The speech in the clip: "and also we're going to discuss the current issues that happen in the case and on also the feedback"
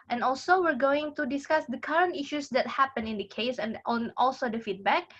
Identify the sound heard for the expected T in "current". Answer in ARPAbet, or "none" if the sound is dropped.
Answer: T